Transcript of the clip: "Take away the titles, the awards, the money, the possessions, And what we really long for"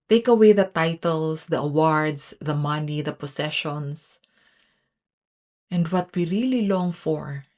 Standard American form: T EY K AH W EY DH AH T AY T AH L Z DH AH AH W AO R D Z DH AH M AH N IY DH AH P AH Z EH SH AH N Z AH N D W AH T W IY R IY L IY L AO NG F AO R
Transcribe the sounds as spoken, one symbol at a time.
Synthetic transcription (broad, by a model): T EY K AH W EY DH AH T AY T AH L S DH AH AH W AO R D S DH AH M AH N IY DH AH P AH S EH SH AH N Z AH N D W AH T W IY R IY L IY L AO NG F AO R